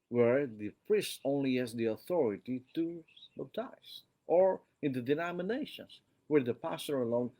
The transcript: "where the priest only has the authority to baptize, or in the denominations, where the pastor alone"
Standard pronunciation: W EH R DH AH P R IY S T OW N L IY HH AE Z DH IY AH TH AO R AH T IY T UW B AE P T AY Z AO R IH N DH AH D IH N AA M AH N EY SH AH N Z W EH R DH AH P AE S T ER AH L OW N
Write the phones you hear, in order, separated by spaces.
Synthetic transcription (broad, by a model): W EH R DH AH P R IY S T OW N L IY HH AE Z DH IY AH TH AO R AH T IY T UW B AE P T AY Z AO R IH N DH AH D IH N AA M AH N EY SH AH N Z W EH R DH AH P AE S T ER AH L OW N